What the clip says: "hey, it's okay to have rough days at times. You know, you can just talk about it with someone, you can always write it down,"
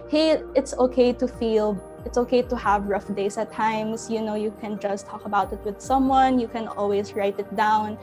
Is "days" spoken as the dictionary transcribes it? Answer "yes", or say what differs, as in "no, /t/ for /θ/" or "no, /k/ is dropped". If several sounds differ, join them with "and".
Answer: no, /s/ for /z/